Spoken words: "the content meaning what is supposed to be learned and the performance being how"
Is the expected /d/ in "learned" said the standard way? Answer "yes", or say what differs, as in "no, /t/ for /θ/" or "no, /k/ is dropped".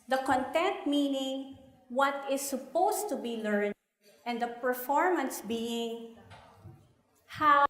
no, /d/ is dropped